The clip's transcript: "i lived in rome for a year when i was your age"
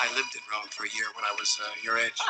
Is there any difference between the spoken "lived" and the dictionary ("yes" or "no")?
no